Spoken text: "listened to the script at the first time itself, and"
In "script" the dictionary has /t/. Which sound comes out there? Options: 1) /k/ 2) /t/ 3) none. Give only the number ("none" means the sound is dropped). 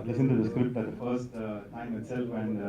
2